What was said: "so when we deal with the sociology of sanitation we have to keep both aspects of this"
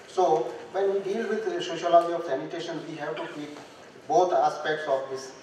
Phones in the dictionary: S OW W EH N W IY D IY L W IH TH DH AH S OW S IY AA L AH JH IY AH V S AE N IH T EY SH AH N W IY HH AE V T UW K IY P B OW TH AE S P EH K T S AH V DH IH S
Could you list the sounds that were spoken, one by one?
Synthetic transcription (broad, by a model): S OW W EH N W IY D IY L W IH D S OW SH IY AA L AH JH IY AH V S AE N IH T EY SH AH N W IY HH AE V T UW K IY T B OW T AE S P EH K T S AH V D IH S